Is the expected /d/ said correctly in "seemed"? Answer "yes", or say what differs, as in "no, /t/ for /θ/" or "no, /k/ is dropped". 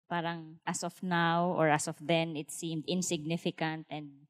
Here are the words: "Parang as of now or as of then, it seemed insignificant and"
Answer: yes